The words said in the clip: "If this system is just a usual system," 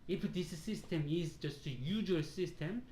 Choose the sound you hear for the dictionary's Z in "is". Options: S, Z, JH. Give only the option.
Z